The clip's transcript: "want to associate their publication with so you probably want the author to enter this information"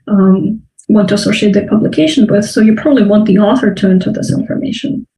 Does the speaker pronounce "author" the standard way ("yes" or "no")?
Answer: yes